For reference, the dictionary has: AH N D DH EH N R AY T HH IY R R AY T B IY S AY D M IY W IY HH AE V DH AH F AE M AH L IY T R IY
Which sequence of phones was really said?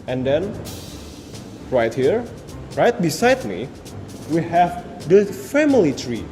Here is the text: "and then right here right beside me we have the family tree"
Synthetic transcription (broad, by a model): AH N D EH N R AY T HH IY R R AY T B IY S AY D M IY W IY HH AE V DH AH F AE M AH L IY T R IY